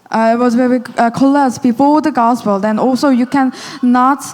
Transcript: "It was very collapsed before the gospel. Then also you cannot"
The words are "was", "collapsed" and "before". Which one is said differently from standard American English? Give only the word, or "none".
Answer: collapsed